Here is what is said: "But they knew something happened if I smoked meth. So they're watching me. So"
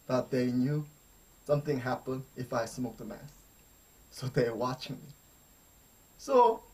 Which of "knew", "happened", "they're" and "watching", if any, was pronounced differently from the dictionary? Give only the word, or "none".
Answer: they're